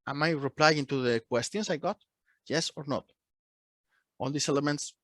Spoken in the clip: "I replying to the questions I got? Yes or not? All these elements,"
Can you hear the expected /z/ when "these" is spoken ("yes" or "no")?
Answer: no